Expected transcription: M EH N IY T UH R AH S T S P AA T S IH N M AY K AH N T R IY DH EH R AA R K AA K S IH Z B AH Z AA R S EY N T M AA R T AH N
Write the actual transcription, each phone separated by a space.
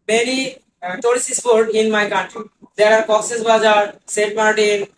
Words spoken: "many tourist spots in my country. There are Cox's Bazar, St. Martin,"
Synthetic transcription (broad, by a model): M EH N IY T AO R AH S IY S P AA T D IH N M AY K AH N T R IY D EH R AA R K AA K S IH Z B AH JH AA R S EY T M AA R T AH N